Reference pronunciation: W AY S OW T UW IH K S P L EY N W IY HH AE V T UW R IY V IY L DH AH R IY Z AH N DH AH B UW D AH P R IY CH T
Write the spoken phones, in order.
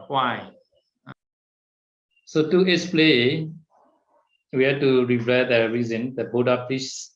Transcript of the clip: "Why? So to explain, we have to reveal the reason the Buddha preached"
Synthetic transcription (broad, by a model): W AY S OW T UW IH S P L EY W IY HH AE T UW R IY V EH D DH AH R IY Z AH N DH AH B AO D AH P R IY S